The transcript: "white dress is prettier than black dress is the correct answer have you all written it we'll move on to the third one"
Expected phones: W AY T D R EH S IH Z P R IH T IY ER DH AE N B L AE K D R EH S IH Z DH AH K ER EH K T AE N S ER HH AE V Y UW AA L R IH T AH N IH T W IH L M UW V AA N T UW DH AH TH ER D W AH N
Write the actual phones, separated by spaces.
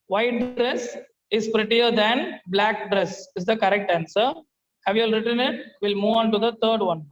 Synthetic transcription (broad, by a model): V AY T D R EH S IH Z P R IH T IY ER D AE N B L AE K D R EH S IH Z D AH K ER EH K T AE N S ER HH AE V Y UW AA L R IH T AH N IH T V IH L M UW V AA N T UW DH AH T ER D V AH N